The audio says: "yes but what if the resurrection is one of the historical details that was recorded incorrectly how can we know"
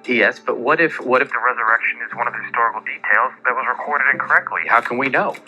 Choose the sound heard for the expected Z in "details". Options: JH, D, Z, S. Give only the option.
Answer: Z